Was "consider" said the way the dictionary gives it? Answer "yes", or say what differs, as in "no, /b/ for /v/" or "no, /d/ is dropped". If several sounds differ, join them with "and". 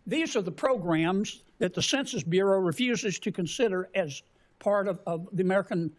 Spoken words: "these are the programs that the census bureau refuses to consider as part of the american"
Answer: yes